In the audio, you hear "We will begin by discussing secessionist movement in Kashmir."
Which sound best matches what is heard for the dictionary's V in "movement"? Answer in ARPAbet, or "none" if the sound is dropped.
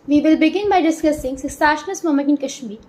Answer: none